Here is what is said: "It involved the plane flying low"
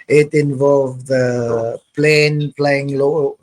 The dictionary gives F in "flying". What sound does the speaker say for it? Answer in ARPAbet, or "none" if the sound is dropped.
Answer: P